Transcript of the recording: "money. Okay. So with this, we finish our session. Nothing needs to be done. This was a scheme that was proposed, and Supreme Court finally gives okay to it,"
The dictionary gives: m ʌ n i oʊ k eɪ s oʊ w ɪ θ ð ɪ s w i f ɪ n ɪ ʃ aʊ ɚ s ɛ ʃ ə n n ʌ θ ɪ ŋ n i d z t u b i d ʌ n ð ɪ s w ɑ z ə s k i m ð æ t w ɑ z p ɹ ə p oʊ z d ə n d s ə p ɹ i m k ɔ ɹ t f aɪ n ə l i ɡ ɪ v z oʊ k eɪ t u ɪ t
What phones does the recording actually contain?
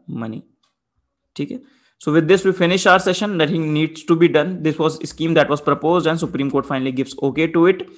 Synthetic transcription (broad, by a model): m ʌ n i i k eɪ s oʊ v ɪ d ɪ s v i f ɪ n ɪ ʃ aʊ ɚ s ɛ ʃ ə n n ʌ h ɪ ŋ n i d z t u b i d ʌ n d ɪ s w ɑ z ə s k i m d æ t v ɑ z p ɹ ə p oʊ z d ə n d s ə p ɹ i m k ɔ ɹ t f aɪ n ə l i ɡ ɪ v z oʊ k eɪ t u ɪ t